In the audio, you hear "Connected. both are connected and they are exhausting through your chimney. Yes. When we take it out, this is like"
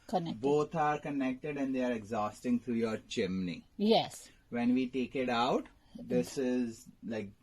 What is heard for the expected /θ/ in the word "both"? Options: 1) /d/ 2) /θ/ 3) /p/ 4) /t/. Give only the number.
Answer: 4